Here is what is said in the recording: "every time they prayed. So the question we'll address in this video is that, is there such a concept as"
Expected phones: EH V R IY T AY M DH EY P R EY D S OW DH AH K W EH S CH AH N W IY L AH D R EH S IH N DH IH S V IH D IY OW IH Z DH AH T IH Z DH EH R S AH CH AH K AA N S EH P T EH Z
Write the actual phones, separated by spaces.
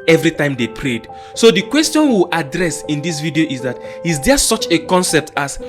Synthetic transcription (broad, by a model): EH V R IY T AY M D EY P R EY D S OW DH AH K W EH S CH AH N W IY W AH D R EH S IH N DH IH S V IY D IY OW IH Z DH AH T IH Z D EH S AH CH AH K AA N S EH P T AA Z